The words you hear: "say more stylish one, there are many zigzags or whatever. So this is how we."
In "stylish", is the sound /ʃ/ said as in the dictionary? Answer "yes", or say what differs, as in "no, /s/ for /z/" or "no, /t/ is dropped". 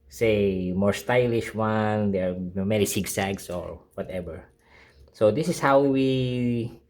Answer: yes